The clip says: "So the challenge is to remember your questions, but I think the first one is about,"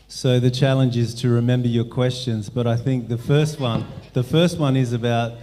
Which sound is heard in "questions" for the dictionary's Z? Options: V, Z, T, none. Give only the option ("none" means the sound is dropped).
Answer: Z